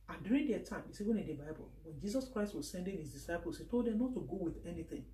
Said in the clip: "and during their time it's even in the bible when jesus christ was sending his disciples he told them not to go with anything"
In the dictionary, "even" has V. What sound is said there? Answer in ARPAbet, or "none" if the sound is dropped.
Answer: W